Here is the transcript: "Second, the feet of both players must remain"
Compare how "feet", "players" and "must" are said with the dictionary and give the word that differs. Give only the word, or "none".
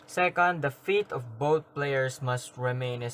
players